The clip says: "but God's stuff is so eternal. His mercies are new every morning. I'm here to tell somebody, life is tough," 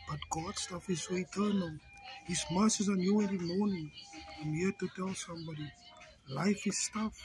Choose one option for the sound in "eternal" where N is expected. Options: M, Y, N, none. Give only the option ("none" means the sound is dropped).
N